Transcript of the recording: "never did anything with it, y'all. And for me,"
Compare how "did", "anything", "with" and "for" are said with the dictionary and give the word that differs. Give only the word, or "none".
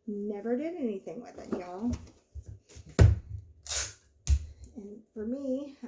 none